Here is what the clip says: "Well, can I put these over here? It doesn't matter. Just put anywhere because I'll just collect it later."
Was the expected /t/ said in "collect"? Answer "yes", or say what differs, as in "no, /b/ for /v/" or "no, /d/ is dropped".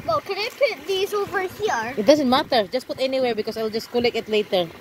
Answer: no, /t/ is dropped